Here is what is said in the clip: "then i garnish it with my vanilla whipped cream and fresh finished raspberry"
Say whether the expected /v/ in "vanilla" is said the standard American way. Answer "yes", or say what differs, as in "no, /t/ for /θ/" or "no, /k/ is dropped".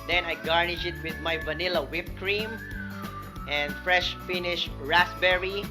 yes